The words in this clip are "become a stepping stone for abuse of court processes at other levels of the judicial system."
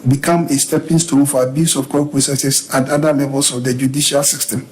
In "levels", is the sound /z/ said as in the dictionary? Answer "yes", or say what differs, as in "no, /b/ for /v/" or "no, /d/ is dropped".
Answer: no, /s/ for /z/